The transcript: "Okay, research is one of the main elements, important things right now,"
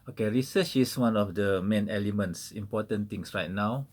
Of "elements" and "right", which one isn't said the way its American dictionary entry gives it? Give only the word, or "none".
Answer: none